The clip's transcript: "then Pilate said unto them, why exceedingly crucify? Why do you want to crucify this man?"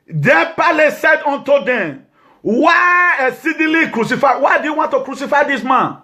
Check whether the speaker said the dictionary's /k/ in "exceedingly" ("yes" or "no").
no